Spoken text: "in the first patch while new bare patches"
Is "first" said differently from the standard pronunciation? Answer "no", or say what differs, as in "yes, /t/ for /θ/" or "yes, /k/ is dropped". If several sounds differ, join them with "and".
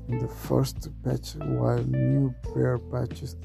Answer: no